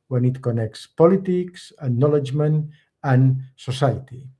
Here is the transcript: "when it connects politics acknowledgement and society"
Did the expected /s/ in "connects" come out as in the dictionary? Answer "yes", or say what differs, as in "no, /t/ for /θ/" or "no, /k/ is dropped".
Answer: yes